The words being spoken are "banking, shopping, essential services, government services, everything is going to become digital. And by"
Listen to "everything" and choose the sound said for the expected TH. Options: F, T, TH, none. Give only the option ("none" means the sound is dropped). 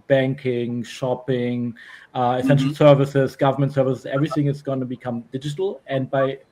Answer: TH